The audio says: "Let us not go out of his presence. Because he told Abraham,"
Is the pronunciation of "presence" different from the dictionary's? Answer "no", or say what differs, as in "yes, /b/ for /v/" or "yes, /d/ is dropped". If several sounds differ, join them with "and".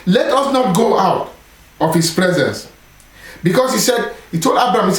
no